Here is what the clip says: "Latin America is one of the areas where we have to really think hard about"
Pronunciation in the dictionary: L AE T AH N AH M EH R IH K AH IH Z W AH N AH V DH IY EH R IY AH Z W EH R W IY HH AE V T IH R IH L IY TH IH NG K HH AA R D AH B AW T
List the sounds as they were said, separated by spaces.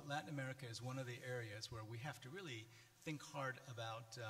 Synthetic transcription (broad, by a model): L AE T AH N AH M EH R IH K AH IH Z W AH N AH V DH IY EH R IY AH Z W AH R W IY HH AE F T IH R IH L IY TH IH NG K HH AA R D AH B AW T